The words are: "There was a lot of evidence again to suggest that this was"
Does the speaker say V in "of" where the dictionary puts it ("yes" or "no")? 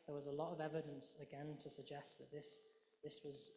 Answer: yes